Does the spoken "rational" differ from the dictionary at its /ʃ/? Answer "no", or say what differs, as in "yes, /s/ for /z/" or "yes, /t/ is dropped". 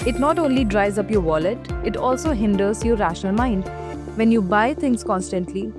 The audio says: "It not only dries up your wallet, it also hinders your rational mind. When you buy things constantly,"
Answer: no